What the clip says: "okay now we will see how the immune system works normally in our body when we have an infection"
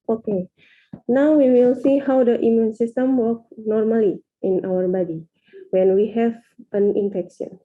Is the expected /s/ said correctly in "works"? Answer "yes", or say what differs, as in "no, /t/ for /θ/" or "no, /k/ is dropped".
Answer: no, /s/ is dropped